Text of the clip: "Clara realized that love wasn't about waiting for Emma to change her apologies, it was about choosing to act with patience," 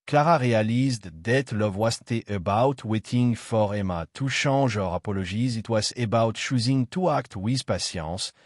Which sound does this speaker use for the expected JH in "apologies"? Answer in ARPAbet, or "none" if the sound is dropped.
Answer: ZH